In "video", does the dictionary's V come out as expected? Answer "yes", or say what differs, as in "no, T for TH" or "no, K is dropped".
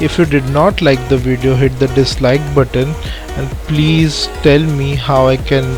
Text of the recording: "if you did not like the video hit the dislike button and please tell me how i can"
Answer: yes